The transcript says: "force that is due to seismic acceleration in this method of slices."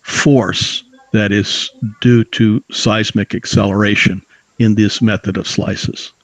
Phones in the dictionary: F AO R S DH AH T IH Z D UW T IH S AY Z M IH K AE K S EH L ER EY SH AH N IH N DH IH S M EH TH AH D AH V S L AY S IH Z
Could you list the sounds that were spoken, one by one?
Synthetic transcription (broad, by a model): F AO R S DH AH T IH Z D UW T IH S AY Z M IH K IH K S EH L ER EY SH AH N IH N DH IH S M EH TH AH D AH V S L AY S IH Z